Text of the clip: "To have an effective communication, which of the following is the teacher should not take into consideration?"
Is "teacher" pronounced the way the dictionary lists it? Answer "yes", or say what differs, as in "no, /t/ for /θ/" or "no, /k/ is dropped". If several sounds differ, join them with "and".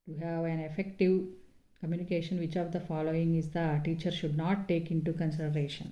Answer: yes